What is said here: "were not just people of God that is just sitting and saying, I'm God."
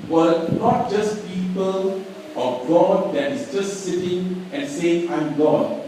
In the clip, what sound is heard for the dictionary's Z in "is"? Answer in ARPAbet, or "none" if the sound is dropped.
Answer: S